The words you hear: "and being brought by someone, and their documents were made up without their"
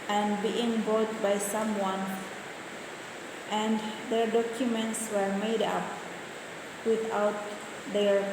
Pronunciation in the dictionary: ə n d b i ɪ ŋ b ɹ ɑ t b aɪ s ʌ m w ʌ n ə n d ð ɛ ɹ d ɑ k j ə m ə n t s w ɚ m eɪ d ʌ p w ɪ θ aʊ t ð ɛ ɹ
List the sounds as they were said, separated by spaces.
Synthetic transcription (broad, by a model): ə n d b i ɪ ŋ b ɑ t b aɪ s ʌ m w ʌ n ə n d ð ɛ ɹ d ɑ k j ə m ə n t s w ɚ m eɪ d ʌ p w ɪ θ aʊ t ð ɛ ɹ